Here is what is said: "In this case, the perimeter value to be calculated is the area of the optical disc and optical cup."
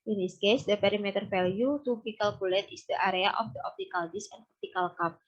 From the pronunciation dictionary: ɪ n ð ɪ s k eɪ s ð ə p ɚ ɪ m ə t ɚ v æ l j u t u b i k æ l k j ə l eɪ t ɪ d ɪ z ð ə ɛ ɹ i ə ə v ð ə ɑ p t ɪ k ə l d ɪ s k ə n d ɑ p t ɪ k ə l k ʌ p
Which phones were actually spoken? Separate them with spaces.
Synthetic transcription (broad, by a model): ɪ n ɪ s k eɪ s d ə p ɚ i m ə t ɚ f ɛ l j u t u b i k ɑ l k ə l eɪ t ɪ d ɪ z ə ɹ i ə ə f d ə ɑ p t ɪ k ə l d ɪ s ə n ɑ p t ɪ k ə l k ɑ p